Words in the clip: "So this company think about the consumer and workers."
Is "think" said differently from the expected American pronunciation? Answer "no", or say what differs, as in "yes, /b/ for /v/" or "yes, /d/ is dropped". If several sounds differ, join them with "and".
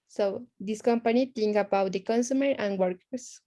yes, /t/ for /θ/